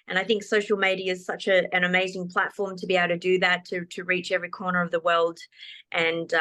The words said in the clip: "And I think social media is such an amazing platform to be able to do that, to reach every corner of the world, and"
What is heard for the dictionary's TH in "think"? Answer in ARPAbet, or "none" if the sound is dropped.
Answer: TH